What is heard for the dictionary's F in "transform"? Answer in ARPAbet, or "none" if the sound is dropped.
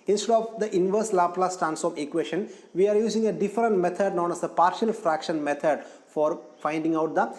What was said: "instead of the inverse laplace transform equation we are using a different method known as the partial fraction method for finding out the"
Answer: none